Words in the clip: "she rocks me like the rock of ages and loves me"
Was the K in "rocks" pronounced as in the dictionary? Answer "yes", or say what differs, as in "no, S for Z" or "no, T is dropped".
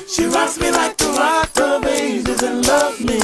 no, K is dropped